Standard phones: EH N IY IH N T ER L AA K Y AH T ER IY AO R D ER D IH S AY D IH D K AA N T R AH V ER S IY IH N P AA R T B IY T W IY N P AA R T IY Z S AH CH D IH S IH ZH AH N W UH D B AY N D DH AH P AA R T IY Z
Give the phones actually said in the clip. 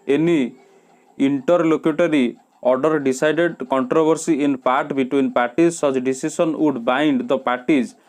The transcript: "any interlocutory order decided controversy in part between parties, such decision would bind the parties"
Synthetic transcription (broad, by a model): EH N IY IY N T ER L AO K Y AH T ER IY AO R D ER D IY S AY D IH D K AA N T R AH B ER S IY IH N P AA R T B IY T W IY N P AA R T IY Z S AH CH D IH S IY S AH N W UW D B AY N D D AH P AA R T IY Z